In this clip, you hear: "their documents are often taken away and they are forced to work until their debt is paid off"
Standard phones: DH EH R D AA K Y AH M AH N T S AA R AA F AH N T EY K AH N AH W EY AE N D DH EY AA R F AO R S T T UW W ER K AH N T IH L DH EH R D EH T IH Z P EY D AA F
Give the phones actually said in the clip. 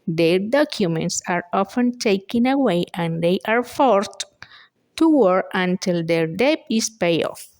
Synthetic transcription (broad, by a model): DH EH R D AA K Y AH M AH N T S AA R AA F AH N T EY K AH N AH W EY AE N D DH EY AA R F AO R T T UW W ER AH N T IH L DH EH R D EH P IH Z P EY IH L